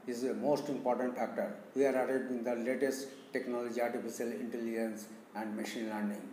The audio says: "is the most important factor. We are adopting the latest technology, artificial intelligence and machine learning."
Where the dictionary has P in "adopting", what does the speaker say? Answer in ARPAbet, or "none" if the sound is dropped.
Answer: none